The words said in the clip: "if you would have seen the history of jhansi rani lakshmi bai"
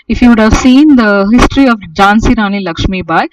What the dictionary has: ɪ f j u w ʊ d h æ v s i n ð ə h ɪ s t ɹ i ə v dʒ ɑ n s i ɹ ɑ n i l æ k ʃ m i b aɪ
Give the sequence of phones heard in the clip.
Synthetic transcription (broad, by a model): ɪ f j u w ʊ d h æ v s i n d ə h ɪ s t ɹ i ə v dʒ ɑ n s i ɹ ɑ n i l æ k ʃ m i b aɪ